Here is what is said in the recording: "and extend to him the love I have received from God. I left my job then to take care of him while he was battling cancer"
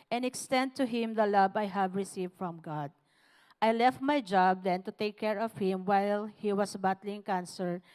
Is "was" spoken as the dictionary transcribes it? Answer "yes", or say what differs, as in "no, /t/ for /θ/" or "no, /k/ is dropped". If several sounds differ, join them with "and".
no, /s/ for /z/